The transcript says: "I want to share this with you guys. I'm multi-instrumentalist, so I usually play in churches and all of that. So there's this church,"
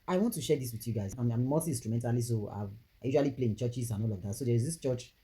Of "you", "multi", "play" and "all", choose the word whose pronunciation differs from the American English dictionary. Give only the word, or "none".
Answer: multi